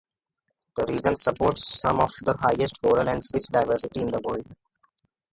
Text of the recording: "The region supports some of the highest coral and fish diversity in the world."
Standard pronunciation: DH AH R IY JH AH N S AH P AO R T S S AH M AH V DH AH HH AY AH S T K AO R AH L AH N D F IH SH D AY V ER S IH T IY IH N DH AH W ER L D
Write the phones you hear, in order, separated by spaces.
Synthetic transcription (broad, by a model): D AH R IY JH AH N S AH P AO R T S S AH M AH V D AH HH AY AH S T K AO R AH N AH N D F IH S D AY V ER S IH T IY IH N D AH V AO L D